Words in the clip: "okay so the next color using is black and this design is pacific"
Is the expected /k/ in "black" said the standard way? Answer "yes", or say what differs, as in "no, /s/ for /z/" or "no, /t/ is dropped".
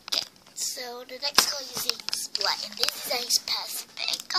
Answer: no, /k/ is dropped